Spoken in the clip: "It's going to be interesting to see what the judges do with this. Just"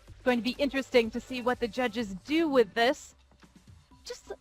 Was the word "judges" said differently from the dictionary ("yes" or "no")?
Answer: no